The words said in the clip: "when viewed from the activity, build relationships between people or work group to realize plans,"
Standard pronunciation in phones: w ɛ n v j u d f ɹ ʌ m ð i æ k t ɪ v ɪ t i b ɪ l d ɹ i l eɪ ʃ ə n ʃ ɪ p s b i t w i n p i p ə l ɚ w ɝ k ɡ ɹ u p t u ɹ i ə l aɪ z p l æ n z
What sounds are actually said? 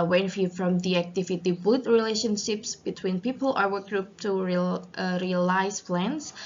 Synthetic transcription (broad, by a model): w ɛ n f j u f ɹ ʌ m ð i æ k t ɪ v ɪ t i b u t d ɹ i l eɪ ʃ ə n ʃ ɪ p s b i t w i n p i p ə l ɚ w ɝ k ɡ ɹ u p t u ɹ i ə l aɪ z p l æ n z